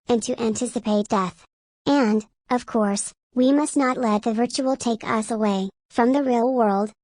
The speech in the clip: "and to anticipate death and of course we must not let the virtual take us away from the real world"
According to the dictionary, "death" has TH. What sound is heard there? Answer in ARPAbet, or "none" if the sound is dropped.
TH